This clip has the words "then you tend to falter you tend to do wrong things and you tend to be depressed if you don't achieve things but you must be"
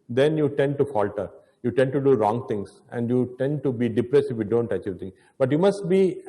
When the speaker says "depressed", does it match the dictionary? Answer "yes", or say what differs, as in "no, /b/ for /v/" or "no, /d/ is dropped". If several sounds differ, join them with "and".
no, /t/ is dropped